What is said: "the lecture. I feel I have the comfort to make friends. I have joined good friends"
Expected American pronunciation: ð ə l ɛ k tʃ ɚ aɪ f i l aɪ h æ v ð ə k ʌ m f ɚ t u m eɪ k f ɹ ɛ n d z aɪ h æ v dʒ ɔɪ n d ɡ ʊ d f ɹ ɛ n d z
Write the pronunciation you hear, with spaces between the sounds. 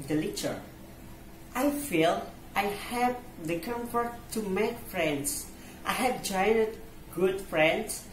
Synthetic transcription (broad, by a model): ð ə l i tʃ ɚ aɪ f i l aɪ h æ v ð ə k ʌ m f ɚ t u m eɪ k f ɹ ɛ n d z aɪ h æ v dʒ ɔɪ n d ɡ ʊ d f ɹ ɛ n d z